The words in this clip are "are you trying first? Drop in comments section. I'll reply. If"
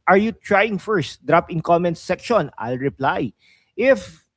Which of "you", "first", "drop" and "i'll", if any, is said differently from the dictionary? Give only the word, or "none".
none